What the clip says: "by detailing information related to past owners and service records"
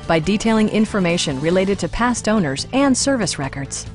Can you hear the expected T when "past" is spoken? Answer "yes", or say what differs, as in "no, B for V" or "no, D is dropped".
yes